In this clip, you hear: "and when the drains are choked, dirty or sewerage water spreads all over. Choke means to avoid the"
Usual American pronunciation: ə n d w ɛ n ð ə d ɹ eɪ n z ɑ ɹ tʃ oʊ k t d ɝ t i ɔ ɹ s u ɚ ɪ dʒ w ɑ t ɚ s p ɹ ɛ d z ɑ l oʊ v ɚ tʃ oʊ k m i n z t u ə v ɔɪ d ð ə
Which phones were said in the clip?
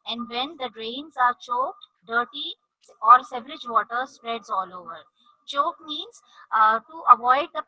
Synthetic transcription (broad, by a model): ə n d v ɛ n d ə d ɹ eɪ n z ɑ ɹ tʃ oʊ k t d ɝ t i ɔ ɹ s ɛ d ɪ dʒ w ɑ t ɚ s p ɹ ɛ d z ɑ l oʊ v ɚ tʃ oʊ k m i n z t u ə v ɔɪ d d ə